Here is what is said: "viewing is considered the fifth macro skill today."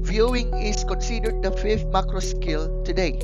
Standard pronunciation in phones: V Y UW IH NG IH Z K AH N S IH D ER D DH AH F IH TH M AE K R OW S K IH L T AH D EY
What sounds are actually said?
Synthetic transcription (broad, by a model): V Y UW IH NG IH S K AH N S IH D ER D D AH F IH F M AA K R OW S K IH L T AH D EY